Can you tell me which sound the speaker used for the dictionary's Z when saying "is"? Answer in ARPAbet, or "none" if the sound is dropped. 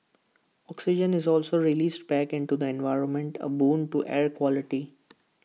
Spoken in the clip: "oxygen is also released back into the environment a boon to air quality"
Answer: Z